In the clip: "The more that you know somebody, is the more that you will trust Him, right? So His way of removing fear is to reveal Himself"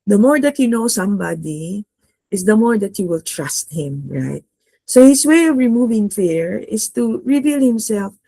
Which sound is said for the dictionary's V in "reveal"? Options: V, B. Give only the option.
V